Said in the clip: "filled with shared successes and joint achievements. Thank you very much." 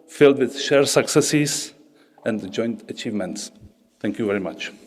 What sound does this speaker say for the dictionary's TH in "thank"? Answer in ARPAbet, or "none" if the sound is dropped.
T